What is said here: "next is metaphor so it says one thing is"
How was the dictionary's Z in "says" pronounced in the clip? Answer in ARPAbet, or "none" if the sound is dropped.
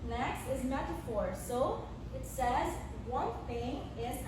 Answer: Z